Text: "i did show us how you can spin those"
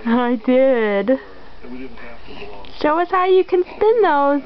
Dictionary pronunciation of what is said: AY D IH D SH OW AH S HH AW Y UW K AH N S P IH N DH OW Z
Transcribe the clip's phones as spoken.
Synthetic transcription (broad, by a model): AY D IH D SH OW AH S HH AW Y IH K AH N S P IH N DH OW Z